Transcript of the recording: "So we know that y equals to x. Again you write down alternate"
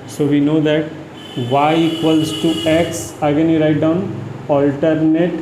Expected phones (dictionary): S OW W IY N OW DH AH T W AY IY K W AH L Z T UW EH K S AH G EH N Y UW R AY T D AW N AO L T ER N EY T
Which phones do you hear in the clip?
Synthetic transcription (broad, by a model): S OW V IY N OW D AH T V AY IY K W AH L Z T UW EH K S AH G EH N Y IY R AY T D AW N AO L T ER N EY T